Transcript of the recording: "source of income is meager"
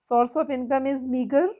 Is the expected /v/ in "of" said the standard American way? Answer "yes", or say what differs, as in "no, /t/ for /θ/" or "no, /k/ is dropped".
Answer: no, /p/ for /v/